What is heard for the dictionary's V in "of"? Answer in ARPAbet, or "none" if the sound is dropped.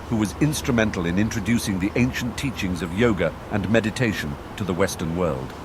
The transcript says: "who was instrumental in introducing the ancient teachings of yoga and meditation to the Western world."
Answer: V